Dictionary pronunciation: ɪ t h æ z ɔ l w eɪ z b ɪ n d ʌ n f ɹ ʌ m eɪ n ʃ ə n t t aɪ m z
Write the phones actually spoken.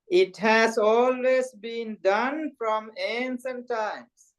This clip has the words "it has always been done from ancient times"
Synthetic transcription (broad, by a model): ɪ t h æ z ɔ l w eɪ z b ɪ n d ʌ n f ɹ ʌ m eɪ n s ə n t t aɪ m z